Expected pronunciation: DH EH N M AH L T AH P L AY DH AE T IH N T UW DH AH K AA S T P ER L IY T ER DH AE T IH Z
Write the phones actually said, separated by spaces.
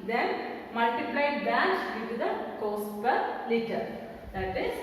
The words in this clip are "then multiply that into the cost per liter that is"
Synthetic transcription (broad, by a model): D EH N M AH L T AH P L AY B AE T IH T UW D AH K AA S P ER L IY T ER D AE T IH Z